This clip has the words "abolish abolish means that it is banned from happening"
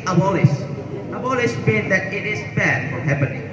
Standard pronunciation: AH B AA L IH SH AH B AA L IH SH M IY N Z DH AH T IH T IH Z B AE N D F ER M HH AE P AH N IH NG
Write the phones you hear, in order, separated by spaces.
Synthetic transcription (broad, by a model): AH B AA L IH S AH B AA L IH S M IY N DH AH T IH T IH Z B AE D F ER HH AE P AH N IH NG